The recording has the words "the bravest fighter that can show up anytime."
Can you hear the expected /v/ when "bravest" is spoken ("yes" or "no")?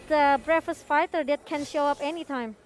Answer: no